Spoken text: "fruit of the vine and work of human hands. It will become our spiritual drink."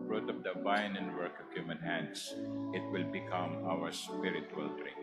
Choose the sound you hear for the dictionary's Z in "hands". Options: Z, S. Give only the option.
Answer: S